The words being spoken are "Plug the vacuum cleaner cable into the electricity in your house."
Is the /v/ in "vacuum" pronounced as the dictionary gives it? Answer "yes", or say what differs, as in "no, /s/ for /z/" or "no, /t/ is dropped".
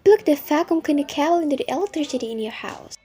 no, /f/ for /v/